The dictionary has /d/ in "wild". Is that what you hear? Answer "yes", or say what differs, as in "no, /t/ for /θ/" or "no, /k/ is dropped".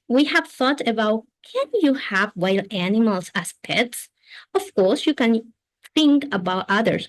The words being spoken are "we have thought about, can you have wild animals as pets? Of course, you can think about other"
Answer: no, /d/ is dropped